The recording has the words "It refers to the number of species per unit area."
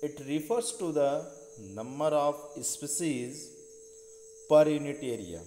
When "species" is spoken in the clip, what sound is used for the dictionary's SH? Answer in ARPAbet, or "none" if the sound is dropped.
S